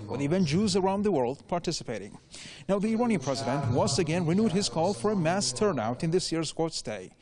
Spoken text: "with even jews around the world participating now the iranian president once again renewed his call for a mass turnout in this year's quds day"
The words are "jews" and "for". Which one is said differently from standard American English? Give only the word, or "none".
none